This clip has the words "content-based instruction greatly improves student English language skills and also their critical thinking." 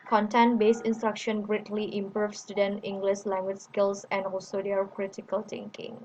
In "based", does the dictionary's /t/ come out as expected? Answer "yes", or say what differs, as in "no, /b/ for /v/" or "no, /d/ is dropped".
no, /t/ is dropped